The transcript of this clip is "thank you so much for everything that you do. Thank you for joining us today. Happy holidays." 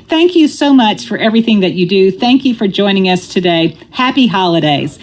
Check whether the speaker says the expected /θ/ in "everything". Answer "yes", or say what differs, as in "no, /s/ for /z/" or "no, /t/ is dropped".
yes